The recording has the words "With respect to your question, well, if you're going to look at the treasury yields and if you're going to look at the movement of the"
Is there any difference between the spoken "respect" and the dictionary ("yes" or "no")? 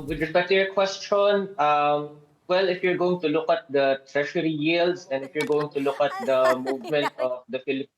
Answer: yes